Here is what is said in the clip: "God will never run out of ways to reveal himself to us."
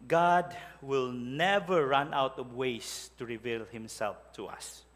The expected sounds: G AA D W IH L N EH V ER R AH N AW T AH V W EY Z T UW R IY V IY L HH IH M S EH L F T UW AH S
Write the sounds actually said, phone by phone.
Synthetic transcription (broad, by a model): G AA D W IH L N EH V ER R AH N AW T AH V W EY S T UW R IY V IY L HH IH M S EH L F T UW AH S